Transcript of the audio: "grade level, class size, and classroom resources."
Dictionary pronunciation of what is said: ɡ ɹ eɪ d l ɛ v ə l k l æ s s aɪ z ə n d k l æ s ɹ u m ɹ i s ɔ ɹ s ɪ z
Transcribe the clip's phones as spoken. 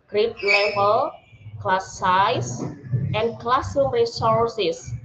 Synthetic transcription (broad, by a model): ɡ ɹ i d l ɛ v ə l k l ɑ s s aɪ s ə n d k l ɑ s u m ɹ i s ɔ ɹ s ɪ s